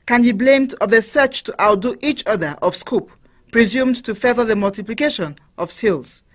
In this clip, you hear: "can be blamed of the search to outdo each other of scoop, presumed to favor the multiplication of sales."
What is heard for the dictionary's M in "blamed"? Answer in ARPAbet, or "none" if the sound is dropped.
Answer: M